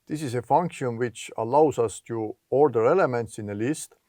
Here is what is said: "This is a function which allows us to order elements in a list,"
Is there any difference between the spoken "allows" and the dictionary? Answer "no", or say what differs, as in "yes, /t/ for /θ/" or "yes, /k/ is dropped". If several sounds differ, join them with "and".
yes, /s/ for /z/